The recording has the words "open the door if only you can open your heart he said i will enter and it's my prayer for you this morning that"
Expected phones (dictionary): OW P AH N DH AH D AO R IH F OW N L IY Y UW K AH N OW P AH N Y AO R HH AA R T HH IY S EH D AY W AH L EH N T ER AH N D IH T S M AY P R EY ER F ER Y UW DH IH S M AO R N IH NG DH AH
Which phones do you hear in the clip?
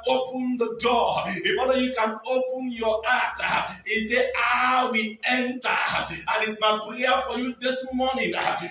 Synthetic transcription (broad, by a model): OW P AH N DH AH D AO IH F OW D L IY Y UW K AH N OW P AH N Y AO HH AA T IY S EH AY W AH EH N T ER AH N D IH T S M AY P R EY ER F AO Y UW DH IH S M AO N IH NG